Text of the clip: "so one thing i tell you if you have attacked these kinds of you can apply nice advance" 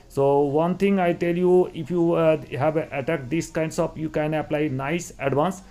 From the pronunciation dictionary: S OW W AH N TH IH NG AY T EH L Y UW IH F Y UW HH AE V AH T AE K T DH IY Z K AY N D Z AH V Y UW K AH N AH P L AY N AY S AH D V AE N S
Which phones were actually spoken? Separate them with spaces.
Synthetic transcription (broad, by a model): S OW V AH N T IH NG AY T EH L Y UW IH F Y UW HH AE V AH T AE K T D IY S K AY N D S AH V Y UW K AH N AH P L AY N AY S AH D V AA N S